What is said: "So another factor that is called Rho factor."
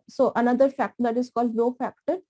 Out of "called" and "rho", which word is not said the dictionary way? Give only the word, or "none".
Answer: rho